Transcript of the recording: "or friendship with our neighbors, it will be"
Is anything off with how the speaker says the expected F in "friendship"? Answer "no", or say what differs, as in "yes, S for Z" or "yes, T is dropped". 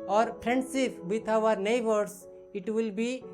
yes, P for F